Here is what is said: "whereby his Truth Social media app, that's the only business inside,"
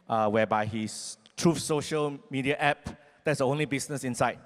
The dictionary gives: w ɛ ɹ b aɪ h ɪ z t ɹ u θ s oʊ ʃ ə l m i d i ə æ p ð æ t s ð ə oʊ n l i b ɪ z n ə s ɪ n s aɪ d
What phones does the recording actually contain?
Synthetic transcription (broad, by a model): w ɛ b aɪ h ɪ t ɹ u f s oʊ ʃ ə l m i d i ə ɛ p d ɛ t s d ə oʊ n l i b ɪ s n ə s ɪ n s aɪ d